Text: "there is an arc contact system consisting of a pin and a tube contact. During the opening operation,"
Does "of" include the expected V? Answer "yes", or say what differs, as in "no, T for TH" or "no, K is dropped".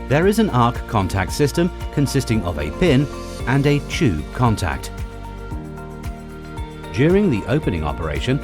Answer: yes